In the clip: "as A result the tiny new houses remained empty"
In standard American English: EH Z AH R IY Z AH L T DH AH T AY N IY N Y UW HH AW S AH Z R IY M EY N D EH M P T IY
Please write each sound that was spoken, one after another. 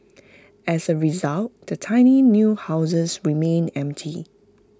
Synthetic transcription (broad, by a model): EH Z AH R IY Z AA L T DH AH T AY N IY N Y UW HH AW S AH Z R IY M EY N EH M P T IY